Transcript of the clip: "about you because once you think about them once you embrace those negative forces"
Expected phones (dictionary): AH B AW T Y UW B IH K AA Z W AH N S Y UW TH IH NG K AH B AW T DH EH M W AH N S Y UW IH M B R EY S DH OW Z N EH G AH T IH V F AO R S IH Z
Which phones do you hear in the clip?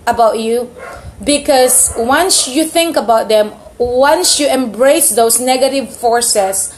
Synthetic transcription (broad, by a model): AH B AW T Y UW B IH K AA S W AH N S Y UW TH IH NG K AH B AW T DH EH M W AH N S Y UW IH M B R EY S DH OW S N EH G AH T IH V F AO R S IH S